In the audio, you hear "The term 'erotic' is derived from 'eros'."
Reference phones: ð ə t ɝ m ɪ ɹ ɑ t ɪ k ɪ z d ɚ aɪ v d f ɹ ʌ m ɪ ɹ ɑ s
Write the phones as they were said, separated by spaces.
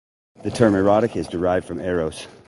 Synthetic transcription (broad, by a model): ð ə t ɝ m ɪ ɹ ɑ t ɪ k ɪ z d ɚ aɪ v d f ɹ ʌ m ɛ ɹ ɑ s